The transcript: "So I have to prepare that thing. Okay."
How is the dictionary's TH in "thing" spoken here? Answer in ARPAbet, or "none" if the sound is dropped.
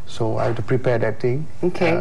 T